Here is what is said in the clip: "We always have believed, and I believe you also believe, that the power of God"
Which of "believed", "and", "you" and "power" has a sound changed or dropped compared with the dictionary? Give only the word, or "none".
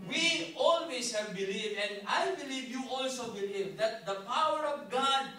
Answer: believed